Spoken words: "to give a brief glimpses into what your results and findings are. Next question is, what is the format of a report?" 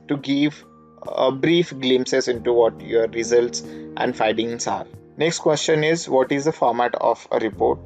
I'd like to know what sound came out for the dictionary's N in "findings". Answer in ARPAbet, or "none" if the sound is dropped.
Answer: none